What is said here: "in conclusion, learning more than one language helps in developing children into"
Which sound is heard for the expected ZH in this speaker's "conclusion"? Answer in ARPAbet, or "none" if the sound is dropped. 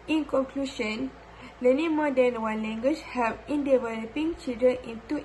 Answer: SH